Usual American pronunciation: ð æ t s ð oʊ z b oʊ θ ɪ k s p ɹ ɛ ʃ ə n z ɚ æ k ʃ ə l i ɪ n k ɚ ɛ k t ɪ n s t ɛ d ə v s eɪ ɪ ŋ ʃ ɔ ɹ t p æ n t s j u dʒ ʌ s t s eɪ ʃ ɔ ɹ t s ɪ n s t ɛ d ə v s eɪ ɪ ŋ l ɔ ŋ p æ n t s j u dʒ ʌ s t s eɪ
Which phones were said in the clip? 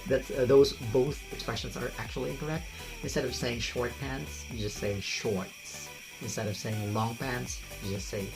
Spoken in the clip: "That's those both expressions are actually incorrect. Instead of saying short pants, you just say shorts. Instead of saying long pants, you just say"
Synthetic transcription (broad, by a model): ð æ t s ð oʊ z b oʊ θ ɪ k s p ɹ ɛ ʃ ə n z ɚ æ k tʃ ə l i ɪ n k ɚ ɛ k t ɪ n s t ɛ d ə v s eɪ ɪ ŋ ʃ ɔ ɹ t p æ n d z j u dʒ ʌ s t s eɪ ʃ ɔ ɹ t s ɪ n s t ɛ d ə v s eɪ ɪ ŋ l ɔ ŋ p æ n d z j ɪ dʒ ʌ s t s eɪ